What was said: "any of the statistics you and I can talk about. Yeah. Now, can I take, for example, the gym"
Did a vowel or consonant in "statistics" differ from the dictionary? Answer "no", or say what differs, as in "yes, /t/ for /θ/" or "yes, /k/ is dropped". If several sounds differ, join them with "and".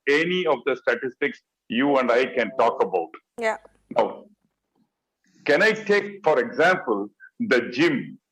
no